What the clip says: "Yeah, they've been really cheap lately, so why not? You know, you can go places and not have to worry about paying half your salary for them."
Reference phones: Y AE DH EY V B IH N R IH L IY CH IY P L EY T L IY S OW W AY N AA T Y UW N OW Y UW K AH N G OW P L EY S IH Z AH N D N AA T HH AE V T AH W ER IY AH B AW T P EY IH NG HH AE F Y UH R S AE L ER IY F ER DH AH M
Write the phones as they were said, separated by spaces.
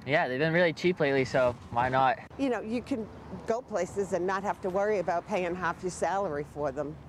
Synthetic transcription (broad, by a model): Y AE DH EY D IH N R IH L IY CH IY P L EY T L IY S OW W AY N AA T Y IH N OW Y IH K AH N G OW P L EY S IH Z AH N N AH T HH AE F T AH W ER IY AH B AW T P EY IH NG HH AE F Y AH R S AE L ER IY F ER DH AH M